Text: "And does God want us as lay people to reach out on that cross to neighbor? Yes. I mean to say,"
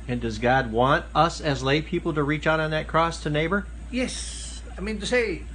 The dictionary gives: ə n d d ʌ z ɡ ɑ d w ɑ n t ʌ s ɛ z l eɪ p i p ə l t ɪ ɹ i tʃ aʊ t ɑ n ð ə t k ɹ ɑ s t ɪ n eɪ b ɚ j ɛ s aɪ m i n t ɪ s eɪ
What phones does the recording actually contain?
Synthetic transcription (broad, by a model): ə n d d ʌ z ɡ ɑ d w ɑ n t ʌ s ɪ z l eɪ p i p l t ɪ ɹ i tʃ aʊ t n ð ə t k ɹ ɑ s t ɪ n eɪ b ɚ j ɛ s aɪ m i n t ɪ s eɪ